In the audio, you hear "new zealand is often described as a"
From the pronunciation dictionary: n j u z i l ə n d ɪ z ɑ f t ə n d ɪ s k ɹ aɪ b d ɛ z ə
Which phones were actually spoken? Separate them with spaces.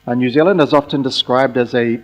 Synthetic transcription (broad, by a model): n j u z i l ə n d ɪ z ɑ f t ə n d ɪ s k ɹ aɪ b d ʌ z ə